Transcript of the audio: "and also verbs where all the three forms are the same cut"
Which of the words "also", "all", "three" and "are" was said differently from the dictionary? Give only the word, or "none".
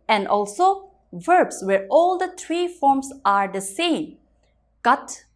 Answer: three